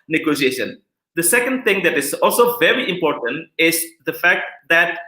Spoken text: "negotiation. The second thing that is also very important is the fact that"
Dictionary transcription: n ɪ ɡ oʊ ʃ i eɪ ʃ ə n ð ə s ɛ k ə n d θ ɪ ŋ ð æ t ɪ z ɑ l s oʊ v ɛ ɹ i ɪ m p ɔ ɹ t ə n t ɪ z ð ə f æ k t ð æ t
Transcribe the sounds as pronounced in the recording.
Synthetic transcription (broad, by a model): n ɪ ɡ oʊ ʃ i eɪ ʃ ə n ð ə s ɛ k ə n d t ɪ ŋ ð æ t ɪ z ɑ l s oʊ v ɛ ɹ i ɪ m p ɔ ɹ t ə n t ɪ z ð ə f æ k t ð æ t